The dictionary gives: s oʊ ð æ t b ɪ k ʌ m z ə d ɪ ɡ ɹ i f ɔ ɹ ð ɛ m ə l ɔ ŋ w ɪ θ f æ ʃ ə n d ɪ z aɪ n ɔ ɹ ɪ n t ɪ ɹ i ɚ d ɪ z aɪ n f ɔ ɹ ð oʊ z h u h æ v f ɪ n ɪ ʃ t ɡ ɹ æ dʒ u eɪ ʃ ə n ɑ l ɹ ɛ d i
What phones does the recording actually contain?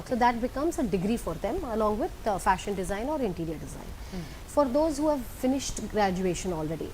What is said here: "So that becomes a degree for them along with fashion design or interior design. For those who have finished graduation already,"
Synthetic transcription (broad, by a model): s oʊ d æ t b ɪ k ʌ m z ə d ɪ ɡ ɹ i f ɔ ɹ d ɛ m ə l ɔ ŋ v ɪ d f æ ʃ ə n d ɪ z aɪ n ɔ ɹ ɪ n t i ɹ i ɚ d ɪ z aɪ n f ɔ ɹ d oʊ z h u h æ v f ɪ n ɪ ʃ t ɡ ɹ æ dʒ u eɪ ʃ ə n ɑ l ɹ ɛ d i